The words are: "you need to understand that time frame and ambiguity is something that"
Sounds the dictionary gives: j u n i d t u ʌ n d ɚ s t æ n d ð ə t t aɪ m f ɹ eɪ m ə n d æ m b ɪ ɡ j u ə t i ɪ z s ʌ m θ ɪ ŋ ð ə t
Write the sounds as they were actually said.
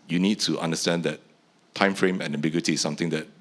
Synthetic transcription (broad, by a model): j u n i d t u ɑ n d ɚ s t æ n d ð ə t t aɪ m f ɹ eɪ m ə n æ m b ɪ ɡ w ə t i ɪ s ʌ m t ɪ ŋ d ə t